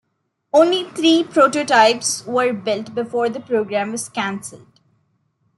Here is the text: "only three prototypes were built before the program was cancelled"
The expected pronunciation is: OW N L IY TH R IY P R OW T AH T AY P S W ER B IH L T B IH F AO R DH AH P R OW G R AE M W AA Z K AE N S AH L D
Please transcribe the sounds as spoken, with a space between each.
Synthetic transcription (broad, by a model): OW N L IY T R IY P R OW T AH T AY P S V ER B IH L T B IH F AO R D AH P R OW G R AE M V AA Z K AE N S AH L D